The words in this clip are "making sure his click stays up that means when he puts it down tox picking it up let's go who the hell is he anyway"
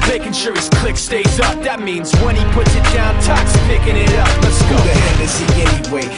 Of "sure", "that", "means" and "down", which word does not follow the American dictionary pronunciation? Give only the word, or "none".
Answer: none